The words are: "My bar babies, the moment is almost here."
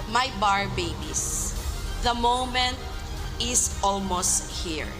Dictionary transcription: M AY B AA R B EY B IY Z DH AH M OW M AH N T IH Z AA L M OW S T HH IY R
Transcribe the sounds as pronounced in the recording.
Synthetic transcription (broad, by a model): M AY B AA R B EY B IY S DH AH M OW M AH N T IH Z AA L M OW S T HH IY R